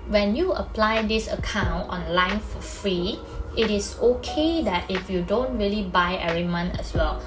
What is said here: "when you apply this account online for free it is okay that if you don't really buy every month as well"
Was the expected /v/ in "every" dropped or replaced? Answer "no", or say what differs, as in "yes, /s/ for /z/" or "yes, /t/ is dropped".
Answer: yes, /v/ is dropped